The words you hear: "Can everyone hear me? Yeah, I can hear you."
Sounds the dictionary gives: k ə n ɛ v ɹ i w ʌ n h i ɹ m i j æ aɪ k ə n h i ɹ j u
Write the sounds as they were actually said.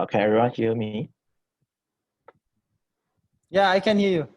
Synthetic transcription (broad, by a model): k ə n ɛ ɹ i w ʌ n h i m i j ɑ aɪ k ə n h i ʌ j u